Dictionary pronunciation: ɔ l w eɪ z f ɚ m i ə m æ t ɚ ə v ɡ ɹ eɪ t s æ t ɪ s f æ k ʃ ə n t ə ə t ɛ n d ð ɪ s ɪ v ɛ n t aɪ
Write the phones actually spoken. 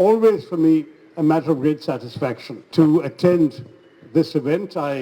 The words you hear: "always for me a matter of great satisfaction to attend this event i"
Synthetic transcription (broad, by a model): ɔ l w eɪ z f ɚ m i ə m æ t ɚ ə v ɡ ɹ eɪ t s æ t ɪ s f æ k ʃ ə n t ə ə t ɛ n d ð ɪ s ɪ v ɛ n t aɪ